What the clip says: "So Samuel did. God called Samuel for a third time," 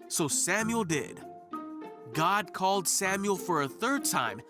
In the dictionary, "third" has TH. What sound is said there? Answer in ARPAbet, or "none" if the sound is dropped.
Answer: TH